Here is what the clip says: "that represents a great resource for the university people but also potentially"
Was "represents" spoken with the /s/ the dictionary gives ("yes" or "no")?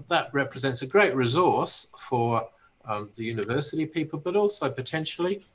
yes